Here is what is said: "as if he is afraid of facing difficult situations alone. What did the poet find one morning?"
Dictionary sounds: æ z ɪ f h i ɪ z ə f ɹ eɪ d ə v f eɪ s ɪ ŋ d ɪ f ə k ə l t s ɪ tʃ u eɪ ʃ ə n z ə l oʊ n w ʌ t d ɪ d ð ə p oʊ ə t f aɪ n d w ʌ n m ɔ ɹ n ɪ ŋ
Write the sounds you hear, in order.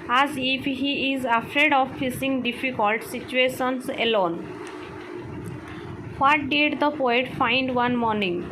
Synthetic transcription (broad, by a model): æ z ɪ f h i ɪ z ə f ɹ eɪ d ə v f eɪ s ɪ ŋ d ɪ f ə k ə l t s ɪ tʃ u eɪ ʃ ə n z ə l oʊ n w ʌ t d ɪ d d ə p oʊ ə t f aɪ n d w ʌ n m ɔ ɹ n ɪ ŋ